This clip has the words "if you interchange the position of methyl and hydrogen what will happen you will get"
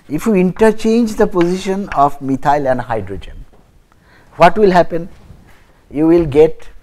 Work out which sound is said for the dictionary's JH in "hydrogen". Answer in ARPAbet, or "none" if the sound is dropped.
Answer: JH